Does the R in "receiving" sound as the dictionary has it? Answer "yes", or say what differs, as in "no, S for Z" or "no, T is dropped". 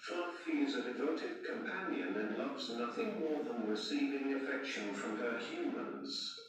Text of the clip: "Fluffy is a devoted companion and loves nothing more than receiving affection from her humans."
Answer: no, W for R